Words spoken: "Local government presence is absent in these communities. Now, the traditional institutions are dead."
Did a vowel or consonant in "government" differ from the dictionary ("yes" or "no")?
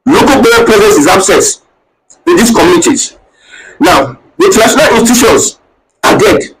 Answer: yes